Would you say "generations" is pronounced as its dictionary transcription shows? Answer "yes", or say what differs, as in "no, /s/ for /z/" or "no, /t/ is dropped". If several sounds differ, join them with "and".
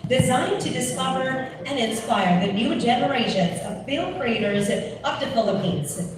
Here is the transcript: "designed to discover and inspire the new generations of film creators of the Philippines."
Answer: yes